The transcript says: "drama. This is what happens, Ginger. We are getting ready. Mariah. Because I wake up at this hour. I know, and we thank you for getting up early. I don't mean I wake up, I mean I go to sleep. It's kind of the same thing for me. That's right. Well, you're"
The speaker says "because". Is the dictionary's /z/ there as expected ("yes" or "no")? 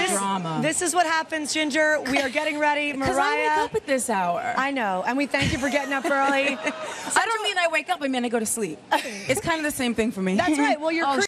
no